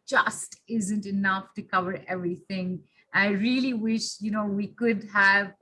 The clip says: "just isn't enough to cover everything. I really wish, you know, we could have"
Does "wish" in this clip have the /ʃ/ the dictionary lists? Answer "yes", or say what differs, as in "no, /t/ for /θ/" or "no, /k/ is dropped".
yes